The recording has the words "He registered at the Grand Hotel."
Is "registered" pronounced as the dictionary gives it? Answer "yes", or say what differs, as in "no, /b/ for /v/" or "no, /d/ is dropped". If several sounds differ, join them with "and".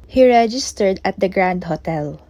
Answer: yes